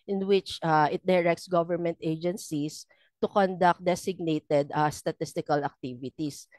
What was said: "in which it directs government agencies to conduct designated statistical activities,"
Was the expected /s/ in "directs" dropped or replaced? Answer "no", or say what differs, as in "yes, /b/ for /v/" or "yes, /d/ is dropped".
no